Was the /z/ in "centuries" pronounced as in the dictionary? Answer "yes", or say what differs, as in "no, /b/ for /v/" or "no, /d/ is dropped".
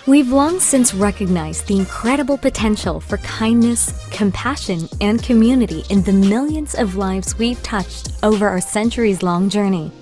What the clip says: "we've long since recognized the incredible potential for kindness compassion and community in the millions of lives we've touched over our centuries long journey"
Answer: yes